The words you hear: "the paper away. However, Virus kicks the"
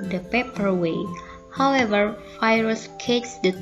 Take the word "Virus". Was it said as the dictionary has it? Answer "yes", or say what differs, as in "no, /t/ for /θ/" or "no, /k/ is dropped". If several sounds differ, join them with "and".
no, /f/ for /v/